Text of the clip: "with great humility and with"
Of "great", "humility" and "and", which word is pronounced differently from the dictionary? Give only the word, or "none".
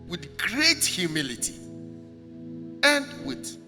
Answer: none